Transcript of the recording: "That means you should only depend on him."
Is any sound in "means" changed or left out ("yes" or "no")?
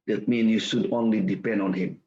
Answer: yes